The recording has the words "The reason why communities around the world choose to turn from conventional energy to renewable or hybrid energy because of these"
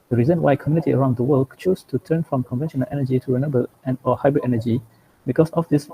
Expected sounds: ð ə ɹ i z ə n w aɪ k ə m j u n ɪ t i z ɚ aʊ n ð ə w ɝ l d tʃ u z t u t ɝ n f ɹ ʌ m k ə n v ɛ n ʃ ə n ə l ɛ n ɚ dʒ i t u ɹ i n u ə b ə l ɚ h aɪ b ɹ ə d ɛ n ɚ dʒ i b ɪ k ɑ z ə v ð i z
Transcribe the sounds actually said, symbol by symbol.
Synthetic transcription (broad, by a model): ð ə ɹ i z ə n w aɪ k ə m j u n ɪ t i ɚ aʊ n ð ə w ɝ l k tʃ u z t u t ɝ n f ɹ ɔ m k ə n v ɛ n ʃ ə n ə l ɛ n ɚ dʒ i t u ɹ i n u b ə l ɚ h aɪ b ɹ ə d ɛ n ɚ dʒ i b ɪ k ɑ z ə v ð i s